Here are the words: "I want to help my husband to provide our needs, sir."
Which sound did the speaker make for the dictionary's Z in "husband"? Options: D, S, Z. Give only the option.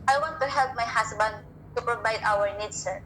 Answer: S